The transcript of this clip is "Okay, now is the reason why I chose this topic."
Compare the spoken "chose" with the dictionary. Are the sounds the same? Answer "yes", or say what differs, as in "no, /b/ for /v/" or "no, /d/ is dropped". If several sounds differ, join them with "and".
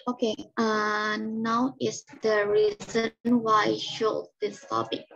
no, /ʃ/ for /tʃ/